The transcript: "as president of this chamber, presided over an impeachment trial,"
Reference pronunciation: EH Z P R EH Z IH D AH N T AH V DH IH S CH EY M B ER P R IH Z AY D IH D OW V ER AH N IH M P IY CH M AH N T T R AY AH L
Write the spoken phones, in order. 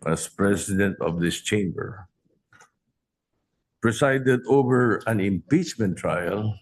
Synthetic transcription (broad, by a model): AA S P R EH S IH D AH N T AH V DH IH S CH EY M B ER P R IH S AY D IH D OW V ER AH N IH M P IY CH M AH N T T R AY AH L